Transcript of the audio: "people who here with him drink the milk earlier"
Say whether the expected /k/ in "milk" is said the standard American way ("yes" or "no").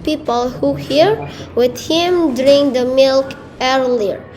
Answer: yes